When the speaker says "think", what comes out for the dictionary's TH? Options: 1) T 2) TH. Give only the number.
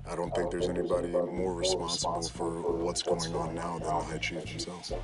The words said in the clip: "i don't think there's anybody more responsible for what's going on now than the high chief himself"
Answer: 2